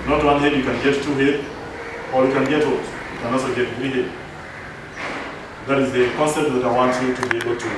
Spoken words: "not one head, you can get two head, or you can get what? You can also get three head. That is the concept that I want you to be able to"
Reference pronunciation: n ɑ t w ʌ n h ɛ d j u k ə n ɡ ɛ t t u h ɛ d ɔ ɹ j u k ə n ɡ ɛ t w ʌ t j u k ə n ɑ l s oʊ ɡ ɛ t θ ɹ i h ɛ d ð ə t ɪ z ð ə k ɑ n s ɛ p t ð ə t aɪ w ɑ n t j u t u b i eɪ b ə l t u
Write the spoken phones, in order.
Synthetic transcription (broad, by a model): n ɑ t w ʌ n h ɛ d j u k ə n ɡ ɛ t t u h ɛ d ɔ ɹ j u k ə n ɡ ɛ t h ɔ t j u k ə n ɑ s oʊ ɡ ɛ t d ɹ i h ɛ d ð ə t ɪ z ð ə k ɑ n s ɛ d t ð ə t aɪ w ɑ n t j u t u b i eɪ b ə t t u